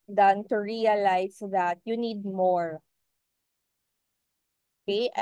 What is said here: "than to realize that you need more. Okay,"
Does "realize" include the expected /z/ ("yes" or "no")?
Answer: no